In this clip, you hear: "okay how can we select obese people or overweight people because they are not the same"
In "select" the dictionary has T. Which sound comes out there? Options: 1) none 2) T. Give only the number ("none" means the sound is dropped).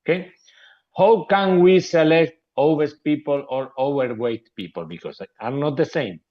2